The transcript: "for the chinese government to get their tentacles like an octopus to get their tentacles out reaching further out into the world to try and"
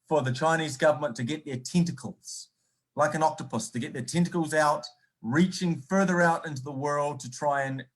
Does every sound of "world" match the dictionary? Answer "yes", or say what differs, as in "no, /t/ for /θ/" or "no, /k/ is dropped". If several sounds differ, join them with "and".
yes